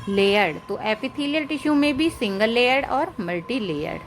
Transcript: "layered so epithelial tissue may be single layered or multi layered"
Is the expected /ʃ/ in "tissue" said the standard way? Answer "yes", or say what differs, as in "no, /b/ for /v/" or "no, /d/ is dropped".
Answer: yes